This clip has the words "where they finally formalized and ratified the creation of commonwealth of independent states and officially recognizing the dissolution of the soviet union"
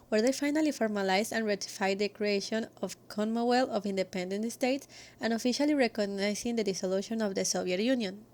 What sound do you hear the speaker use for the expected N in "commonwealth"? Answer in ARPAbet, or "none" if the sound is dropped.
none